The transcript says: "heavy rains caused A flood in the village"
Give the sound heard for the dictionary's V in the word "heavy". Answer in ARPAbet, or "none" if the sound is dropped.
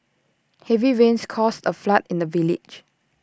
V